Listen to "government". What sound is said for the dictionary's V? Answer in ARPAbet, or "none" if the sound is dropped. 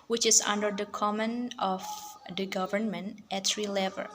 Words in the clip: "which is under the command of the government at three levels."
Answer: V